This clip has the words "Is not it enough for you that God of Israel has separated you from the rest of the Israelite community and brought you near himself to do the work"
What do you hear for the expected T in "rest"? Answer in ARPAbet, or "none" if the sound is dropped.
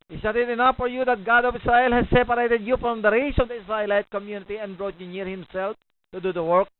none